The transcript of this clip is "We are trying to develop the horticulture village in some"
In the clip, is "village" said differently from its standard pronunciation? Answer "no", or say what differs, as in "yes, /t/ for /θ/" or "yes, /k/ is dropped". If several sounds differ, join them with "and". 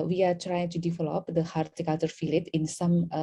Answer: yes, /f/ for /v/